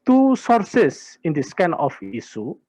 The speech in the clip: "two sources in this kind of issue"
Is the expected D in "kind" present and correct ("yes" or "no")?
no